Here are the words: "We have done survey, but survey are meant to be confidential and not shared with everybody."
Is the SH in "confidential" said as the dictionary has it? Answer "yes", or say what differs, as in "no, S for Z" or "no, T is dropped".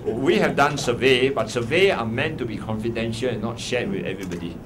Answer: yes